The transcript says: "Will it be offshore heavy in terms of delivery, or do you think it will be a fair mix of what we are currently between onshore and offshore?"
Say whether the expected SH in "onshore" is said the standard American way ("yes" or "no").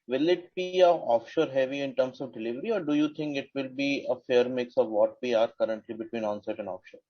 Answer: no